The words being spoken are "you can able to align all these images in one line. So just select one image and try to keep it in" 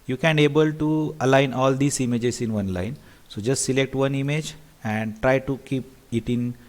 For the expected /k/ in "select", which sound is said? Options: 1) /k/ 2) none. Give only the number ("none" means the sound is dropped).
1